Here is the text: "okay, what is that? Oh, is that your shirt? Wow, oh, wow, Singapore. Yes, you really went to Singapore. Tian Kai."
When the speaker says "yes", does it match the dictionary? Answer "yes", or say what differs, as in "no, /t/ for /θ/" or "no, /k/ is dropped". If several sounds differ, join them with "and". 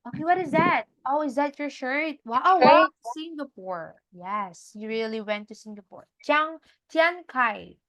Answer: yes